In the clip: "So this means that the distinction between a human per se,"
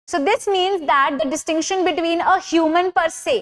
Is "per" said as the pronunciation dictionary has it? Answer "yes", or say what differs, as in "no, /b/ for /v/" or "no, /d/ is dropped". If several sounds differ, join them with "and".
yes